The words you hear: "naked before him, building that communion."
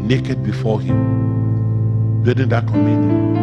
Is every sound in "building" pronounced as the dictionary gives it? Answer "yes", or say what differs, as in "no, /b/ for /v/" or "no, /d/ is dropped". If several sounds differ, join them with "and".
no, /l/ is dropped